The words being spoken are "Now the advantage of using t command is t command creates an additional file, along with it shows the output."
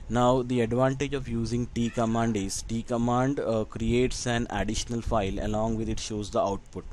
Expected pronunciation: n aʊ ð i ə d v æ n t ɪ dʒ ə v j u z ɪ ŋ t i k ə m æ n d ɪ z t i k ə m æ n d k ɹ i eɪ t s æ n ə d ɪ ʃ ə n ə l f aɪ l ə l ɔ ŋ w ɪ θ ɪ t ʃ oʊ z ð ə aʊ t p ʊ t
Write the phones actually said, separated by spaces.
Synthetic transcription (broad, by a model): n aʊ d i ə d v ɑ n t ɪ dʒ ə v j u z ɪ ŋ t i k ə m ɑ n d ɪ z t i k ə m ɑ n d k ɹ i eɪ t s æ n ə d ɪ ʃ ə n ə l f aɪ l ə l ɔ ŋ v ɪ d ɪ t ʃ oʊ z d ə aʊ t p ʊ t